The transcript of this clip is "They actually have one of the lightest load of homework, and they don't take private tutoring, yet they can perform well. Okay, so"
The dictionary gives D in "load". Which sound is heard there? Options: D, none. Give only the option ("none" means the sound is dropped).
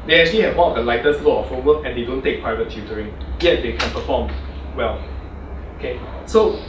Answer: none